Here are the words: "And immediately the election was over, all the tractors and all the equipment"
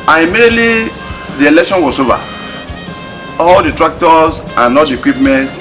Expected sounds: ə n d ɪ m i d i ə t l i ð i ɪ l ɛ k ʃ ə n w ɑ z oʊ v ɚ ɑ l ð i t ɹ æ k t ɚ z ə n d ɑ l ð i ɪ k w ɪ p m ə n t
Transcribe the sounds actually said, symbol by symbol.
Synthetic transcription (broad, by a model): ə n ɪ m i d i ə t l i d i ɪ l ɛ k ʃ ə n w ɑ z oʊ v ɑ ɑ l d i t ɹ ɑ k t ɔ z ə n ɑ l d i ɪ k w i p m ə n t